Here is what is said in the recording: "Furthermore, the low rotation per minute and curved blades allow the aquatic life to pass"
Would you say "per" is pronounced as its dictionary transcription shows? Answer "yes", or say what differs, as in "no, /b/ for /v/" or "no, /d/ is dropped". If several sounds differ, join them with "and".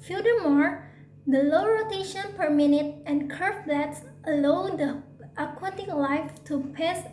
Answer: yes